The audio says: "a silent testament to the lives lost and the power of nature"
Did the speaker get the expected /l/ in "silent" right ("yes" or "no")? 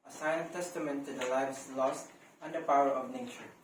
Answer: no